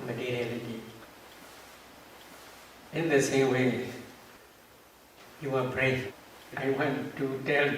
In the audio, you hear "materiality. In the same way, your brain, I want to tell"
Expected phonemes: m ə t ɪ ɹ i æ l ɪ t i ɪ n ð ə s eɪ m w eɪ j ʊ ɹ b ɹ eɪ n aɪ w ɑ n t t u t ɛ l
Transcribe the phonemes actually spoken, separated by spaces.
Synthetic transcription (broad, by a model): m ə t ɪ ɹ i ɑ l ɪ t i ɪ n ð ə s eɪ m w eɪ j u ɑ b ɹ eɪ aɪ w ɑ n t t u t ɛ l